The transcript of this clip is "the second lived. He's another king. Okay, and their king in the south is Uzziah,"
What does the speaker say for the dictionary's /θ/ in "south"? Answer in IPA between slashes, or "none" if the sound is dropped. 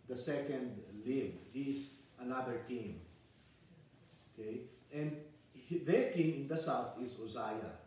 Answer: /t/